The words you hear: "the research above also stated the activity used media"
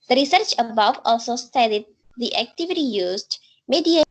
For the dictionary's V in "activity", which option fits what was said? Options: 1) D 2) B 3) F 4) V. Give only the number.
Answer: 4